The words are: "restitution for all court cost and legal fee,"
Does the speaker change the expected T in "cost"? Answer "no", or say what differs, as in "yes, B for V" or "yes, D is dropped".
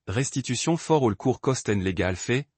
no